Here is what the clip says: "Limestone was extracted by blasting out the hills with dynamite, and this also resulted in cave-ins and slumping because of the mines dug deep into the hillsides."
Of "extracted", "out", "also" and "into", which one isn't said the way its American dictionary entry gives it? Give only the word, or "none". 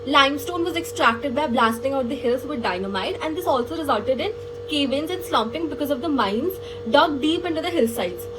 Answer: none